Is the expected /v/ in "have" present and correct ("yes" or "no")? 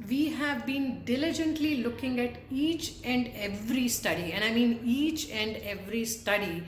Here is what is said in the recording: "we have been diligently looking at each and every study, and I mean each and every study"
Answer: yes